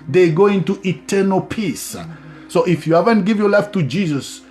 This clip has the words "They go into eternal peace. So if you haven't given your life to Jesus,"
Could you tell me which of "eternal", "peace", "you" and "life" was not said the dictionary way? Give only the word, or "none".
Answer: none